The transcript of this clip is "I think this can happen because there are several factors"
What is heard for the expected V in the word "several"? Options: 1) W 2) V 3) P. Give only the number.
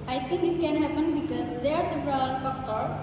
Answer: 3